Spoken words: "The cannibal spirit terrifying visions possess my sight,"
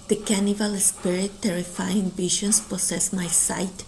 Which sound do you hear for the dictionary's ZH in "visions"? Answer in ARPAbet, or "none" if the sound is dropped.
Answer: SH